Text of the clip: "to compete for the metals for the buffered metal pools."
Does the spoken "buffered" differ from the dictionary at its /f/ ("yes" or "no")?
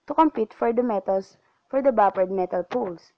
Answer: yes